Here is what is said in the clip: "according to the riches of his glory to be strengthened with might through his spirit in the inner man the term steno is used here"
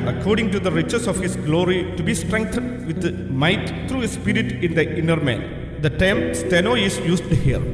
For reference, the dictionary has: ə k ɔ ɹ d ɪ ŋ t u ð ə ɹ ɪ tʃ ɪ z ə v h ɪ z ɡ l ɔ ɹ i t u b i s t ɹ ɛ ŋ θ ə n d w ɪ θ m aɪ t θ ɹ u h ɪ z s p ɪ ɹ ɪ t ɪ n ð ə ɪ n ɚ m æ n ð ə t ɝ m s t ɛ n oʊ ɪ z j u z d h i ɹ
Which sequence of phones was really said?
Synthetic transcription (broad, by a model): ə k ɔ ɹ d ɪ ŋ t u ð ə ɹ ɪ tʃ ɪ s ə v h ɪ s ɡ l ɔ ɹ i t u b i s t ɹ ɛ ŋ t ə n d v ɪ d m aɪ t t ɹ u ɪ s p ɪ ɹ ɪ t ɪ n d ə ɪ n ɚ m æ n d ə t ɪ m s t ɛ n oʊ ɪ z j u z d h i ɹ